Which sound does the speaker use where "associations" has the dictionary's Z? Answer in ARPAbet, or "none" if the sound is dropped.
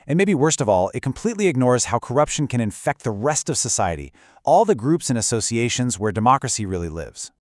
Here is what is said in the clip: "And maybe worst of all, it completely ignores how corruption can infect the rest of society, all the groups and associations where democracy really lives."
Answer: Z